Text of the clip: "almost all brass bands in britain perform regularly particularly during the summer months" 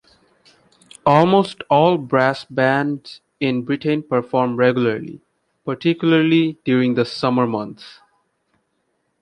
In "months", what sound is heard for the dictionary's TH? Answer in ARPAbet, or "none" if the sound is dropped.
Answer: T